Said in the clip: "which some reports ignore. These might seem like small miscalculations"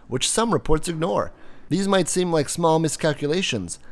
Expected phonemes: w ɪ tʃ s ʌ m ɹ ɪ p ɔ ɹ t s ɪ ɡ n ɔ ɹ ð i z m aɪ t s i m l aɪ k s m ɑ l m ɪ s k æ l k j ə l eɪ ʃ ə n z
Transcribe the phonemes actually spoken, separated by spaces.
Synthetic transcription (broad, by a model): w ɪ tʃ s ʌ m ɹ ɪ p ɔ ɹ t s ɪ ɡ n ɔ ɹ ð i z m aɪ t s i m l aɪ k s m ɑ l m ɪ s k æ l k j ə l eɪ ʃ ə n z